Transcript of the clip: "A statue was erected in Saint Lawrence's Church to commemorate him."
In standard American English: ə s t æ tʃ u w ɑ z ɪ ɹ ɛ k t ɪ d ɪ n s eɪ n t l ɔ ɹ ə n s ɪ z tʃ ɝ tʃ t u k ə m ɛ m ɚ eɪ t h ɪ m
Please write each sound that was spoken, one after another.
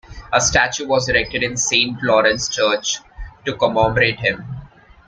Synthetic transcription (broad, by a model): ə s t æ tʃ u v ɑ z ɪ ɹ ɛ k t ɪ d ɪ n s eɪ n t l ɔ ɹ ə n s tʃ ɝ tʃ t u k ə m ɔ m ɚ eɪ t h ɪ m